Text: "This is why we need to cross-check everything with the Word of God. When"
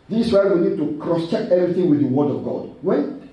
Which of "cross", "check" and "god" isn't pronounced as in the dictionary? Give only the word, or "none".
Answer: none